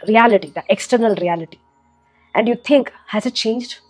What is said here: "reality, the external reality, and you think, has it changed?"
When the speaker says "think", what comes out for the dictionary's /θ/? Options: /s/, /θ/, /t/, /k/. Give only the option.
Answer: /t/